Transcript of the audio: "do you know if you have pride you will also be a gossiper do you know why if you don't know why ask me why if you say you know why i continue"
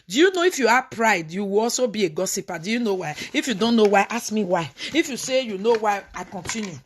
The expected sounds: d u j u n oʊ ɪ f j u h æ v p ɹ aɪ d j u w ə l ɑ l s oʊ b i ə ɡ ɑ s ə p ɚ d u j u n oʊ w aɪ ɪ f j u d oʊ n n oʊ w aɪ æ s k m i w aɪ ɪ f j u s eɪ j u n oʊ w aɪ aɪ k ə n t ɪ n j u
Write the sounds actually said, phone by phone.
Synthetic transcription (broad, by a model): d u j u n oʊ ɪ f j u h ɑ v p ɹ aɪ d j u w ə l ɑ l s oʊ b i ə ɡ ɑ s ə p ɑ d u j u n oʊ w aɪ ɪ f j u d oʊ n n oʊ w aɪ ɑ s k m i w aɪ ɪ f j u s eɪ j u n oʊ w aɪ aɪ k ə n t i n j u